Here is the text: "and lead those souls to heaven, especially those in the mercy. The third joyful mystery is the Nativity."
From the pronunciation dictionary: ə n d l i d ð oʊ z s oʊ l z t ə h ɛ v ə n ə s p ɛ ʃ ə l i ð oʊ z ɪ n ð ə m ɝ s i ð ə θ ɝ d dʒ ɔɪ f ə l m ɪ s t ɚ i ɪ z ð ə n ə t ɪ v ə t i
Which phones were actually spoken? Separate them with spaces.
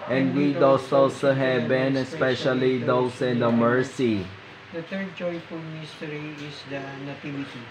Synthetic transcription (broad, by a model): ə n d w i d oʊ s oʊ l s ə h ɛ b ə n ə s p ɛ ʃ ə l i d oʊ s ɪ n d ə m ɝ s i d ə t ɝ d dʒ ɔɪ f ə m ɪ s t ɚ i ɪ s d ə n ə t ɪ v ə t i